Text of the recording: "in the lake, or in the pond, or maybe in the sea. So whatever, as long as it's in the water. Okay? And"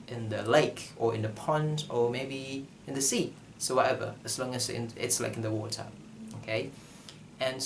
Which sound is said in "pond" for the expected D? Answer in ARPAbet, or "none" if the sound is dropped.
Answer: D